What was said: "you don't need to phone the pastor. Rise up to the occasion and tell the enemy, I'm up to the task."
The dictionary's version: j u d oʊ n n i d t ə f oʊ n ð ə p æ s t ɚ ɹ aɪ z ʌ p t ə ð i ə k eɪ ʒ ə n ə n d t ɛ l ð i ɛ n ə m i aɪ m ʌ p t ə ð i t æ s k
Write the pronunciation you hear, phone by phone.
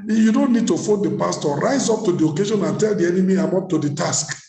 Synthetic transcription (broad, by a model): j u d oʊ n n i d t ə f oʊ n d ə p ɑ s t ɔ ɹ aɪ z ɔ p t ə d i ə k eɪ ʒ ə n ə n t ɛ l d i ɛ n ə m i aɪ m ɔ p t ə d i t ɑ s k